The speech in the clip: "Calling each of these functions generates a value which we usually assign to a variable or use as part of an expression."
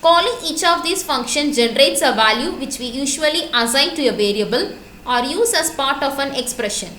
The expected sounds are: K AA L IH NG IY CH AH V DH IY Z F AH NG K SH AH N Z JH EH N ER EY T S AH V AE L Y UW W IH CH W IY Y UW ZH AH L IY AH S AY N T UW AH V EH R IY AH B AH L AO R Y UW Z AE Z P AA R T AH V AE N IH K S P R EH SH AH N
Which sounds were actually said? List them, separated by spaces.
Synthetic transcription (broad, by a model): K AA L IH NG IY CH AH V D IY S F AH NG K SH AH N JH EH N ER EY T S AH V AE L Y UW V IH CH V IY Y UW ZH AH L IY AH S AY N T UW AH V EH R IY AH B AH L AO R Y UW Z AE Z P AA R T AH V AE N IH K S P R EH SH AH N